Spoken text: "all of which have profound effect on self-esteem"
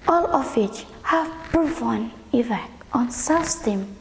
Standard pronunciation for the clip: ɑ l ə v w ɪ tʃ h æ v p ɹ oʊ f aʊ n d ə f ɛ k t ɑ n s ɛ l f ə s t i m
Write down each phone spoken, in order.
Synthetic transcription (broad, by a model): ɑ l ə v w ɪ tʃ h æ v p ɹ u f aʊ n ə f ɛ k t ɑ n s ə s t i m